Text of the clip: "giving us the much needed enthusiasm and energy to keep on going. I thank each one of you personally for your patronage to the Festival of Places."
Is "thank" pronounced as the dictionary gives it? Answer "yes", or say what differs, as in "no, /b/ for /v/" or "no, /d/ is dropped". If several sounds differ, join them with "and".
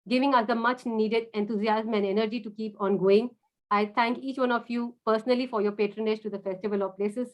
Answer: no, /t/ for /θ/